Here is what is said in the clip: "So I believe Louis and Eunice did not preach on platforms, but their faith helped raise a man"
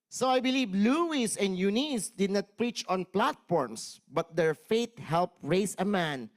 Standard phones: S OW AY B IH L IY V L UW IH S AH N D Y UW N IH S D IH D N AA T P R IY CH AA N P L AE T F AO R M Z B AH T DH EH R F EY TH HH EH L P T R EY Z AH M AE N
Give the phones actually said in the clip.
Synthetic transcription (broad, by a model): S OW AY B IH L IY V L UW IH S AH N D Y UW N IH S D IH D N AA T P R IY CH AA N P L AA T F AO R M S B AH T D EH R F EY T HH EH L P R EY S AH M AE N